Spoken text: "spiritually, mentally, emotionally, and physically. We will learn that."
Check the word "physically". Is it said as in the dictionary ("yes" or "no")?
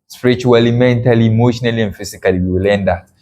no